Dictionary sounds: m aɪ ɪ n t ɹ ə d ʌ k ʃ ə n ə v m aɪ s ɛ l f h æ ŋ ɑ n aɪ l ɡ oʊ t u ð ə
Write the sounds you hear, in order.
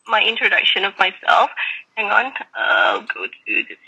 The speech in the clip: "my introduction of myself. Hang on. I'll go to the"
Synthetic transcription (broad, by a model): m aɪ ɪ n t ɹ ə d ʌ k ʃ ə n ə v m aɪ s ɛ l f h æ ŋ ɑ n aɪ ɡ oʊ t u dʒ